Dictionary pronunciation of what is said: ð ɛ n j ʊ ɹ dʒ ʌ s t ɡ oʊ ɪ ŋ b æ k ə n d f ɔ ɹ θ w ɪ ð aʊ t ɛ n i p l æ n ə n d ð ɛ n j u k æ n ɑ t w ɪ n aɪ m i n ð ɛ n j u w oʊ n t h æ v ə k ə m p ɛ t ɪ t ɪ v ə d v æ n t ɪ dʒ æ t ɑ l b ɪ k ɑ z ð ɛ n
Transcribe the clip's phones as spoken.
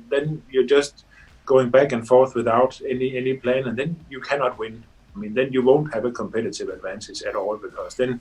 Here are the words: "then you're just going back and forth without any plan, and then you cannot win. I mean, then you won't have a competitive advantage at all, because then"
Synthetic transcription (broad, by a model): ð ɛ n j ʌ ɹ dʒ ʌ s t ɡ oʊ ɪ ŋ b æ k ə n f ɔ ɹ θ w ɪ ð aʊ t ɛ n i p l æ n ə n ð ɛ n j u k æ n ɑ t w ɪ n aɪ m i n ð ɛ n j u w oʊ n t h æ v ə k ə m p ɛ t ɪ t ɪ v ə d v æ n s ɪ z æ t ɑ l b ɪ k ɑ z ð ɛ n